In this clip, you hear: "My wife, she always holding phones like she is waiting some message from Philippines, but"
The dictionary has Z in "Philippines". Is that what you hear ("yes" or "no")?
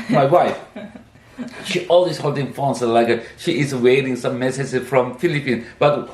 no